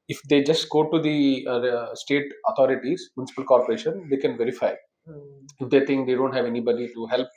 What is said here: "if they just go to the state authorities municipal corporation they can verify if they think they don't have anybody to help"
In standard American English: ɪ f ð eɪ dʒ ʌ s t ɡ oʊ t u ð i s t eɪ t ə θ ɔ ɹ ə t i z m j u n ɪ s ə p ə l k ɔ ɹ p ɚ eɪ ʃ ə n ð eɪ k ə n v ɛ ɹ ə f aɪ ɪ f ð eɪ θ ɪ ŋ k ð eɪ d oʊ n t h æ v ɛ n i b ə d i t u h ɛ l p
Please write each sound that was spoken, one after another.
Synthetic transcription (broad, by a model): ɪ f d eɪ dʒ ʌ s t ɡ oʊ t u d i s t eɪ t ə t ɔ ɹ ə t i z m j u n ɪ s ə p ə l k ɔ ɹ p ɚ eɪ ʃ ə n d eɪ k ə n v ɛ ɹ ə f aɪ ɪ f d eɪ t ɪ ŋ k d eɪ d oʊ n t h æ v ɛ n i b ə d i t u h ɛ l p